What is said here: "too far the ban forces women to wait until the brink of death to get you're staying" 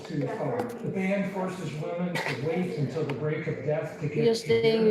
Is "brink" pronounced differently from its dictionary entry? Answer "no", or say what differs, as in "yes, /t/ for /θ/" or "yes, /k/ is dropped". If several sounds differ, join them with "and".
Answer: yes, /ŋ/ is dropped